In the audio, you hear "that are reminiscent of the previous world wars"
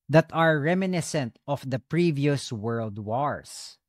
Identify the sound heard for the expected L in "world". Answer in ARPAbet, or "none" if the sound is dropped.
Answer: L